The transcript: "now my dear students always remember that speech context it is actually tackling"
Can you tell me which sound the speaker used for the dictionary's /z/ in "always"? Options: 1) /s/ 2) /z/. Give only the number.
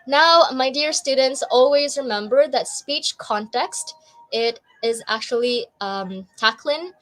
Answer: 2